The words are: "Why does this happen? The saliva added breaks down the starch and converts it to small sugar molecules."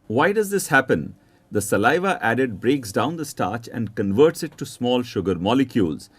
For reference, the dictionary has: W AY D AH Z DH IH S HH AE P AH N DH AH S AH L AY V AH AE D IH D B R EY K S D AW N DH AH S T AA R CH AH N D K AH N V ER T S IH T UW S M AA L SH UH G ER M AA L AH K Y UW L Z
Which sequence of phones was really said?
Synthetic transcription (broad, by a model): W AY D AH Z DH IH S HH AE P AH N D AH S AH L AY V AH AE D IH D B R EY K S D AW N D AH S T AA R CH AH N D K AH N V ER T S IH T UW S M AA L SH UH G ER M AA L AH K Y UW L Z